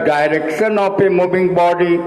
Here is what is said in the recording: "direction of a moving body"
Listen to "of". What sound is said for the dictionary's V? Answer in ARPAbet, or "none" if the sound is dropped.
P